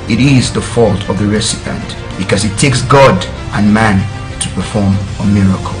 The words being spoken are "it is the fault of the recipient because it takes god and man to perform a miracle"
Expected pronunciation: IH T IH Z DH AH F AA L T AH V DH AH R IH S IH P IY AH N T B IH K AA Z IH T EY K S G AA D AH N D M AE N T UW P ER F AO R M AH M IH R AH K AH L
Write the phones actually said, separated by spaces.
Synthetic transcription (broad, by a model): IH T IH Z DH AH F AA L T AH V DH AH R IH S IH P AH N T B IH K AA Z IH T EY K S G AA D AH N M AE N T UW P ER F AO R M AH M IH R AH K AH L